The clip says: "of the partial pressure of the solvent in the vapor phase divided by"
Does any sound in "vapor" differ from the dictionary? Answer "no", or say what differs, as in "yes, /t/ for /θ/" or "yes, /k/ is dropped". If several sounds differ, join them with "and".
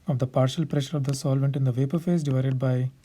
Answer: no